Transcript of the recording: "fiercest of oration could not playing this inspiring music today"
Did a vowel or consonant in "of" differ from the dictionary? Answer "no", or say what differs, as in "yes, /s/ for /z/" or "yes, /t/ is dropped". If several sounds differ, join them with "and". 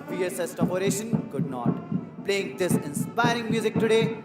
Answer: yes, /p/ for /v/